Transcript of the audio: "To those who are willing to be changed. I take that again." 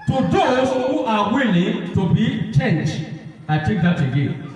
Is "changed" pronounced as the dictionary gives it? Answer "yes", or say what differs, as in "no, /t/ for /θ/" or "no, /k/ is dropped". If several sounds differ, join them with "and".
no, /d/ is dropped